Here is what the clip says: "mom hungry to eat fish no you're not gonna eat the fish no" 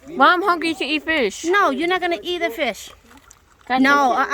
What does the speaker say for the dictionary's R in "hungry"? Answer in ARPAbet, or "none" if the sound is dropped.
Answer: none